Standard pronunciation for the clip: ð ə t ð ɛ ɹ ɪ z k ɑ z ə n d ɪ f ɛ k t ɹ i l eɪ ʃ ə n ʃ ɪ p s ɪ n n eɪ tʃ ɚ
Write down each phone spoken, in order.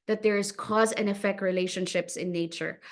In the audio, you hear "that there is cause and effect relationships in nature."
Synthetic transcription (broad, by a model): ð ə t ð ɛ ɹ ɪ z k ɑ z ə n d ɪ f ɛ k t ɹ i l eɪ ʃ ə n ʃ ɪ p s ɪ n n eɪ tʃ ɚ